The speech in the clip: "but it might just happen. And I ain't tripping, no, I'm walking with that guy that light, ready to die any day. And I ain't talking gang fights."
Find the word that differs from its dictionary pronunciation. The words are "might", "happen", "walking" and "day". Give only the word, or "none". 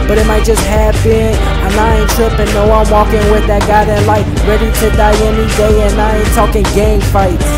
happen